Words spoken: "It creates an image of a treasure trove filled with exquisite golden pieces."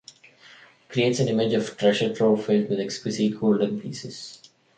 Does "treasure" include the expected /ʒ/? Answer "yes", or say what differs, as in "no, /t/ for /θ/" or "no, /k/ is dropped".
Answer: no, /ʃ/ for /ʒ/